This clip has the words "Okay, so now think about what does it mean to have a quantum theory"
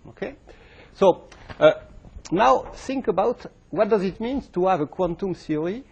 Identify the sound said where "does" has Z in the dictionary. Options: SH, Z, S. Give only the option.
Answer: Z